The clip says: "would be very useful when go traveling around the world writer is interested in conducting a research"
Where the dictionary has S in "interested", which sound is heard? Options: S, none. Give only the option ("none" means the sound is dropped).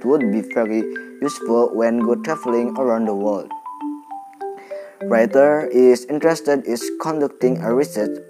S